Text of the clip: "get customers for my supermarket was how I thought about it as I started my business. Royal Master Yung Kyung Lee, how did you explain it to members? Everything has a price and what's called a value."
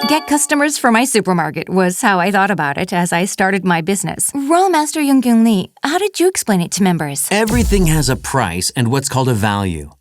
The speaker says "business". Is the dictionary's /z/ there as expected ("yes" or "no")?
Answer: yes